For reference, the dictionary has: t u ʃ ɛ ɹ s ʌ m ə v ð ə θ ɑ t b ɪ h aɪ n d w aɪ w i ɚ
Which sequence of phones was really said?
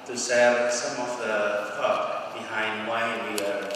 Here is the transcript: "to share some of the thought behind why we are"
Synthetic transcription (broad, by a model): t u s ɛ l s ʌ m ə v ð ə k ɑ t b ɪ h aɪ n d w aɪ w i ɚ